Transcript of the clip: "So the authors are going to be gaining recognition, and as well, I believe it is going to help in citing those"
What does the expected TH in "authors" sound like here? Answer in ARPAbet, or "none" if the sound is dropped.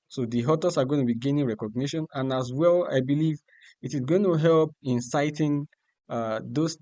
T